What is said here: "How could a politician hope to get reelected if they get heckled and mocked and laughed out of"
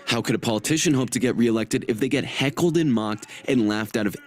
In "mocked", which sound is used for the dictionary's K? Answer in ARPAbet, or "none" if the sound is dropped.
K